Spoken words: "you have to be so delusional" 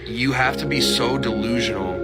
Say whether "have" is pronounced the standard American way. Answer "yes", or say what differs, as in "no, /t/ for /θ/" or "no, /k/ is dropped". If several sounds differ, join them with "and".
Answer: no, /f/ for /v/